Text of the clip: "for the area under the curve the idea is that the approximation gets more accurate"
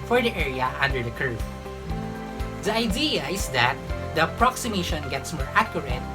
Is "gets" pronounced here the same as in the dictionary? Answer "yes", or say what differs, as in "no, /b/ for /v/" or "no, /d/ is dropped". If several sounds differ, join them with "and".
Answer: yes